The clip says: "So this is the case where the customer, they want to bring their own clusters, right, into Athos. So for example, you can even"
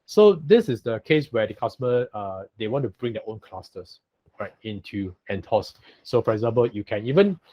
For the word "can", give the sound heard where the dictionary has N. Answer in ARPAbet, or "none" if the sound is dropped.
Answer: N